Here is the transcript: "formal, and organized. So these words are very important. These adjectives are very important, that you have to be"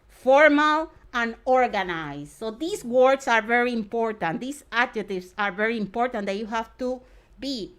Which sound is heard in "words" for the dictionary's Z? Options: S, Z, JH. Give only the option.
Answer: S